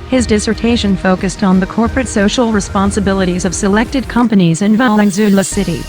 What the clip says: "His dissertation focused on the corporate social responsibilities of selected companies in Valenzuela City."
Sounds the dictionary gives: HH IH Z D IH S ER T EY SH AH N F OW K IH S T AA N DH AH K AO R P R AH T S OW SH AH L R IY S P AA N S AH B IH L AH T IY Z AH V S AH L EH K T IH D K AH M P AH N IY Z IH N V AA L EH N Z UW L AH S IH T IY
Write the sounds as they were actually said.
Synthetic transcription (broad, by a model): HH IH Z D IH S ER T EY SH AH N F OW K IH S T N DH AH K AO R P R AH T S OW SH L R IY S P AA N S AH B IH L AH T IY Z AH V S AH L EH K T IH D K AH M P AH N IY Z IH N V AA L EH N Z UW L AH S IH T IY